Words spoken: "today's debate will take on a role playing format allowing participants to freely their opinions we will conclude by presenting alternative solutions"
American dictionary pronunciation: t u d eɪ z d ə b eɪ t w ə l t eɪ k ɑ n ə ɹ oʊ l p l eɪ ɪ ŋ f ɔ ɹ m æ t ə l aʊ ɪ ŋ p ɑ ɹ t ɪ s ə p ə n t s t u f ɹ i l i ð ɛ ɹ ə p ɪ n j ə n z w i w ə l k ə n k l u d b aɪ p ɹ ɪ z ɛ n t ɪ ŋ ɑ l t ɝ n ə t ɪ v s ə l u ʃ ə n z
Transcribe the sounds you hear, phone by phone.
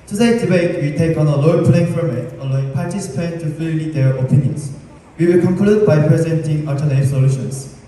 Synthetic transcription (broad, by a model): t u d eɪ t d ə b eɪ t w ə t eɪ k ɑ n ə l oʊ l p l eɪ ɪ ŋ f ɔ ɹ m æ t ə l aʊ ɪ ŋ p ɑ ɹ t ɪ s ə p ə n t t u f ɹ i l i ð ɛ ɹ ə p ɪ n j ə n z w i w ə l k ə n k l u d b aɪ p ɹ ɪ z ɛ n t ɪ ŋ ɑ t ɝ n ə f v s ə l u ʃ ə n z